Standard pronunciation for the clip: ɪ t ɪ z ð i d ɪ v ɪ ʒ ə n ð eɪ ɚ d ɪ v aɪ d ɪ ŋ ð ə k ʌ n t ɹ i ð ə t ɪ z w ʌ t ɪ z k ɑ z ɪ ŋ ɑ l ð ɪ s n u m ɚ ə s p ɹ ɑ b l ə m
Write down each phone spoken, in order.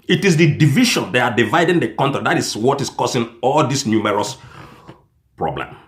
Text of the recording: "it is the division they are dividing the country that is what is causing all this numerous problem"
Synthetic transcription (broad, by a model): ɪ t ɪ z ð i d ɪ v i ʃ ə n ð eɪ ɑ d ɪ v aɪ d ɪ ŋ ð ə k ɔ n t i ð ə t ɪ s w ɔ t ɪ s k ɑ s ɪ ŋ ɑ l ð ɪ s n u m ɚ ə s p ɹ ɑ b l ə m